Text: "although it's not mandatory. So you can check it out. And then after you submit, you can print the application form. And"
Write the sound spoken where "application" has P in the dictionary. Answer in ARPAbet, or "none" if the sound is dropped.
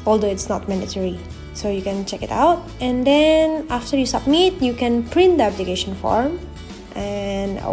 B